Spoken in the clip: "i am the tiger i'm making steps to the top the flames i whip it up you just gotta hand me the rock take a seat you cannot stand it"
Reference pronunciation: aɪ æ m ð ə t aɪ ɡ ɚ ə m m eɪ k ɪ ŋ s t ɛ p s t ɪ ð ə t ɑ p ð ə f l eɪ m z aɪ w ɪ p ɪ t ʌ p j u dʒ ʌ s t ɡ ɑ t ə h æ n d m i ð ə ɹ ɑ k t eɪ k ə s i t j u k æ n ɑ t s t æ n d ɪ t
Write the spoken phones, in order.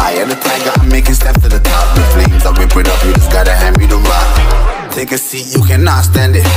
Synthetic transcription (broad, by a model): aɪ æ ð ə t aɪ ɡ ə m m eɪ k ɪ ŋ s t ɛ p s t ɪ ð ə t ɑ p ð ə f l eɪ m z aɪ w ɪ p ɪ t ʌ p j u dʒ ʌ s ɡ ɑ t ə h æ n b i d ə l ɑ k t eɪ k ə s i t j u k æ n ɑ t s t æ n d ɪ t